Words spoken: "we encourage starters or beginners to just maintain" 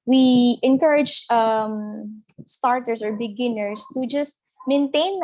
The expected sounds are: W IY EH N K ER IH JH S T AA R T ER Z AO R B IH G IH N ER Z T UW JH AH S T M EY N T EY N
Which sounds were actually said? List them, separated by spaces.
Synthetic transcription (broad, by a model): W IY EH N K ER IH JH S T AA R T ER S AO R B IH G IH N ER S T UW JH AH S T M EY N T EY N